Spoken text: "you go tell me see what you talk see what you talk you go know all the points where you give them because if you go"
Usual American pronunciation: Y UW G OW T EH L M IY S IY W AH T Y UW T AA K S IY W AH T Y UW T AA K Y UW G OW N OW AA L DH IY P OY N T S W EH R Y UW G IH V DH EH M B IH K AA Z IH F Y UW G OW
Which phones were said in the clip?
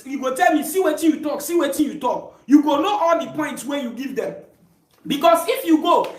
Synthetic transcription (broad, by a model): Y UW G OW T EH L M IY S IY W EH T Y UW T AA K S IY W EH T Y UW T AA K Y UW G OW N OW AA L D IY P OY N T S W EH Y UW G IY V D EH M B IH K AA S IH F Y UW G OW